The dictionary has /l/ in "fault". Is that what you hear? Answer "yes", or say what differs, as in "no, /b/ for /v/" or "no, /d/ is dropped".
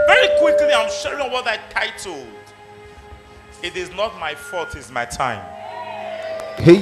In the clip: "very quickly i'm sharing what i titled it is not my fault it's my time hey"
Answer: no, /l/ is dropped